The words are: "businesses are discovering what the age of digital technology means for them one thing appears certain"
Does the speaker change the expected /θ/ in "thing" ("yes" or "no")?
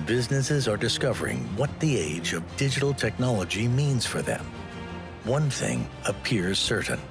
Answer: no